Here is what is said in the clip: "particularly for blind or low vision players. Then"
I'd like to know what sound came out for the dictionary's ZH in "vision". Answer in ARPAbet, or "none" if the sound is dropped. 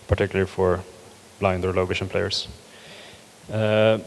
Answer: SH